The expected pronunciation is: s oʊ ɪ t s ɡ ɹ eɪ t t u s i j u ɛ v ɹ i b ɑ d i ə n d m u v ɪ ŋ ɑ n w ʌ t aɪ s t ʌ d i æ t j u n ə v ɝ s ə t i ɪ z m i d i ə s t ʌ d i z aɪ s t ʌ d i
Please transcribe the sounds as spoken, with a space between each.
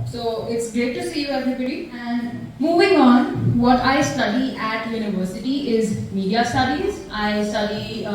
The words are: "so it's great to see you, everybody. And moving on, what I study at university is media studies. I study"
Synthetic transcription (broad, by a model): s oʊ ɪ t s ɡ eɪ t t u s i j u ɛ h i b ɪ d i ə n d m u v ɪ ŋ ɑ n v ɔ t aɪ s t ʌ d i æ t j u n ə v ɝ s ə t i ɪ z m i d i ə s t ʌ d i z aɪ s t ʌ d i